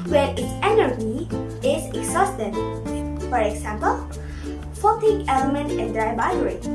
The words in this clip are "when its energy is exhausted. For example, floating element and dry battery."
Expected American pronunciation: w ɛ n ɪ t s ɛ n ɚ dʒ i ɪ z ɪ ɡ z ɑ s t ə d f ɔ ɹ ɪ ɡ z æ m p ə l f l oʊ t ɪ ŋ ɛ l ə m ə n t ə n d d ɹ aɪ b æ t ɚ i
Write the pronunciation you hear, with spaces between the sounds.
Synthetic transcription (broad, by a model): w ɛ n ɪ t s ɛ n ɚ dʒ i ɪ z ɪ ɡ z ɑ s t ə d f ɔ ɹ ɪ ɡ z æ m p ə l f oʊ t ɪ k ɛ l ə m ə n t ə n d d ɹ aɪ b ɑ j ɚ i